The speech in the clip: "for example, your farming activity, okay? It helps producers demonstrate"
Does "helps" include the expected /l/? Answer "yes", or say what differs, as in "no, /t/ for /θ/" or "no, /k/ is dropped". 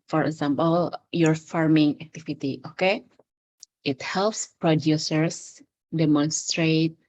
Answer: yes